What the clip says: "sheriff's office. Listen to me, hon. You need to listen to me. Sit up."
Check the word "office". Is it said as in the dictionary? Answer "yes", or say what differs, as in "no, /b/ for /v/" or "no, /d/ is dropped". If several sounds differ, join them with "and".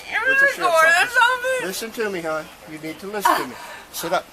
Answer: no, /f/ is dropped